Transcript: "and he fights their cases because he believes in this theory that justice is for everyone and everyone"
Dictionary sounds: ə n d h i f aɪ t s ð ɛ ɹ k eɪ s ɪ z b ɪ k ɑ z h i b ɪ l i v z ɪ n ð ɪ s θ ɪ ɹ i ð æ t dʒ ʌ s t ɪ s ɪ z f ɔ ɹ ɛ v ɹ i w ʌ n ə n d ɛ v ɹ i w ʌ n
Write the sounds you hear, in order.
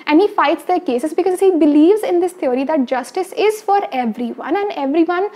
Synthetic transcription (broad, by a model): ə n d h i f aɪ t s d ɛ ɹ k eɪ s ɪ z b ɪ k ɑ z h i b ɪ l i v z ɪ n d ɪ s t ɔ ɹ i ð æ t dʒ ʌ s t ɪ s ɪ z f ɔ ɹ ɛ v ɹ i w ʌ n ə n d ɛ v ɹ i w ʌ n